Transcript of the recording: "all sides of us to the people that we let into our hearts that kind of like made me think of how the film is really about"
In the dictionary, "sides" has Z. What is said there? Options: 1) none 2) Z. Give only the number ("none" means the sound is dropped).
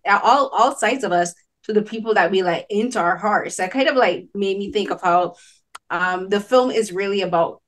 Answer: 2